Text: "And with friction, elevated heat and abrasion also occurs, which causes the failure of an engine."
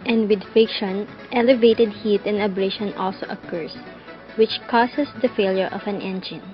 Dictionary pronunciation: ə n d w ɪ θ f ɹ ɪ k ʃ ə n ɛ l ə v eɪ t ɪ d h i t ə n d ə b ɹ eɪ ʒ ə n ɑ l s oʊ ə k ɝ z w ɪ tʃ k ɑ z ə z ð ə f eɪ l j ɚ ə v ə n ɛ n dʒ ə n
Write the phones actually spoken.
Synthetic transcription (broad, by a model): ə n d w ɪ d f ɪ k ʃ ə n ɛ l ə v eɪ t ɪ d h i t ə n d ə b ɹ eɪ ʃ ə n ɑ l s oʊ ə k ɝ s w ɪ tʃ k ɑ s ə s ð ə f eɪ l j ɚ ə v ə n ɛ n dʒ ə n